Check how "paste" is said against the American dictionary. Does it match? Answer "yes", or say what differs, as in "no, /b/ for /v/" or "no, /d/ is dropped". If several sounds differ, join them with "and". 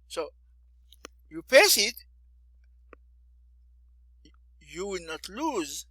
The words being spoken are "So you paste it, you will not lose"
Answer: no, /t/ is dropped